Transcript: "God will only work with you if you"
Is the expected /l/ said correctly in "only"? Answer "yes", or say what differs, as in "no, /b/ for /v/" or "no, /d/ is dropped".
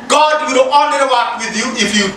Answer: no, /l/ is dropped